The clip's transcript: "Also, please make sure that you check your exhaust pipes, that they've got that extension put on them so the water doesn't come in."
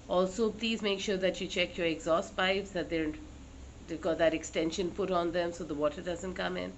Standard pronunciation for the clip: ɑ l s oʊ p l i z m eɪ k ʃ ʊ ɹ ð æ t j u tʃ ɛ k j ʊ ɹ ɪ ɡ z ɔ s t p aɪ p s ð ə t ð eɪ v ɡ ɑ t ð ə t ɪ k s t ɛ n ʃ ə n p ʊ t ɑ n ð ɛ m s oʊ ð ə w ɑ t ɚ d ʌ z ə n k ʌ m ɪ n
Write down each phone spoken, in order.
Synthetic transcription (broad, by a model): ɑ l s oʊ p l i z m eɪ k ʃ ʊ ɹ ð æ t j u tʃ ɛ k j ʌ ɹ ɪ ɡ z ɔ s t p aɪ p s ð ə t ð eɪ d ɡ ɑ t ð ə t ɪ k s t ɛ n ʃ ə n p ʊ t ɑ n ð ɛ m s oʊ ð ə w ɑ t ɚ d ʌ z ə n k ʌ m ɪ n